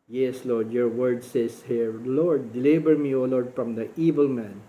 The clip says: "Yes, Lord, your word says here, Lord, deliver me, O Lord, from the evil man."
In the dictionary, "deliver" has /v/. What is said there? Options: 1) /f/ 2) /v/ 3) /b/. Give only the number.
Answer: 3